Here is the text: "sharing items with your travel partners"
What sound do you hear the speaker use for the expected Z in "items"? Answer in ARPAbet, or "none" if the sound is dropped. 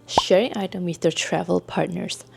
none